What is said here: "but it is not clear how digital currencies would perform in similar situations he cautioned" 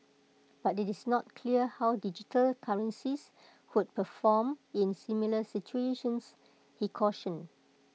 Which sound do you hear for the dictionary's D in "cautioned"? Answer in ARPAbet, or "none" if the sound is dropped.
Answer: none